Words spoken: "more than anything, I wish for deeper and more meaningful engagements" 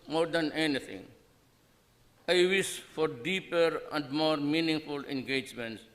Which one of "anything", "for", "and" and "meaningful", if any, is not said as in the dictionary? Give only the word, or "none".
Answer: anything